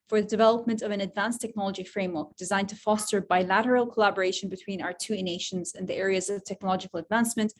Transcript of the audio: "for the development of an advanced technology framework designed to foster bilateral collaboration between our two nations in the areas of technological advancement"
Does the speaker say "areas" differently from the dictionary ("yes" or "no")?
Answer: no